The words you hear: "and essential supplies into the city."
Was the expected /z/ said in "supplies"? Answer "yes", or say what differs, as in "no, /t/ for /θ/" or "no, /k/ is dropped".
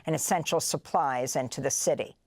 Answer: yes